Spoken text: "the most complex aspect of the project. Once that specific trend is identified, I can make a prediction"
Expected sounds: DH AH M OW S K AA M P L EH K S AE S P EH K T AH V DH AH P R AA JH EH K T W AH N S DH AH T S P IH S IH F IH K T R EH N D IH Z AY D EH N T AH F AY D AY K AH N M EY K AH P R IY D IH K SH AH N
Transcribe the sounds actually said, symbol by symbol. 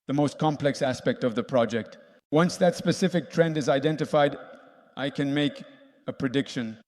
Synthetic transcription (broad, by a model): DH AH M OW S K AA M P L EH K S AE S P EH K T AH V DH AH P R AA JH EH K T W AH N S DH AH T S P IH S IH F IH K T R EH N D IH Z AY D EH N T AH F AY D AY K AH N M EY K AH P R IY D IH K SH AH N